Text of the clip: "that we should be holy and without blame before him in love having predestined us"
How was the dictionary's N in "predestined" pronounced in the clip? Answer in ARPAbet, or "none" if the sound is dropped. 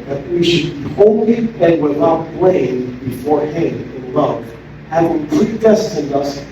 N